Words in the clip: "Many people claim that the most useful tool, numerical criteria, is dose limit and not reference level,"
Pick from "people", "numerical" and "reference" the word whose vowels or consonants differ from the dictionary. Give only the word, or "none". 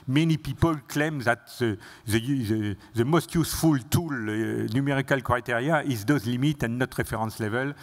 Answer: reference